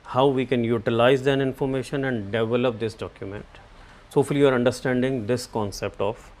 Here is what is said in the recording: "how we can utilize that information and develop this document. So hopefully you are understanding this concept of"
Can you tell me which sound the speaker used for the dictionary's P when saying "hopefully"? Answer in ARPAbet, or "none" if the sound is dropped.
none